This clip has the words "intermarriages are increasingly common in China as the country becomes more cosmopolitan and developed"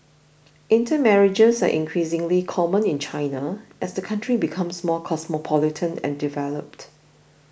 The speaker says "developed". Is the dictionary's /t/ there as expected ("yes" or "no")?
yes